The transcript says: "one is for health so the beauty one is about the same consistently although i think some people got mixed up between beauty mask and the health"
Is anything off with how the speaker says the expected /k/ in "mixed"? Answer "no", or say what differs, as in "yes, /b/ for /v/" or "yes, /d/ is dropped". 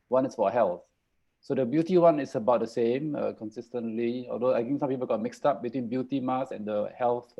no